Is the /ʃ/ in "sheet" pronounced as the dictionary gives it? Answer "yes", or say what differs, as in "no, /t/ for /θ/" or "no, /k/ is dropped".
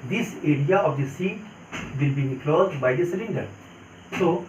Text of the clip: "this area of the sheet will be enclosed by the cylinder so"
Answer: no, /s/ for /ʃ/